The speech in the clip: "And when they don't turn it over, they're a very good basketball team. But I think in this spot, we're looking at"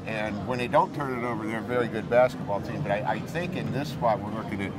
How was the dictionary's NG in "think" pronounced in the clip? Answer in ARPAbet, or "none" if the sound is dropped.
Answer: NG